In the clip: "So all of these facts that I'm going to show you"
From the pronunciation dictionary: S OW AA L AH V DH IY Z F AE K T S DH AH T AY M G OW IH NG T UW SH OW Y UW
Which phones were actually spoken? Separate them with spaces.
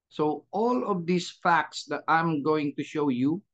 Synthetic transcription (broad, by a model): S OW AA L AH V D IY S F AE K T S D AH T AY M G OW IH NG T UW SH OW Y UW